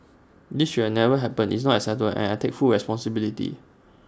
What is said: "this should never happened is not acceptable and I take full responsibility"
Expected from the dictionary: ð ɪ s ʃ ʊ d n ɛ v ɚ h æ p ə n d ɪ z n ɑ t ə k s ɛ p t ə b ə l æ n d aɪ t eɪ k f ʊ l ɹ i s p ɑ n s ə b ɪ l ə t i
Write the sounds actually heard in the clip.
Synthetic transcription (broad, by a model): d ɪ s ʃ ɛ n ɛ v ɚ h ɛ p ə n ɪ s n ɑ t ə s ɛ t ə ə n aɪ t eɪ k f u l ɹ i s p ɑ n s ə b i l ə t i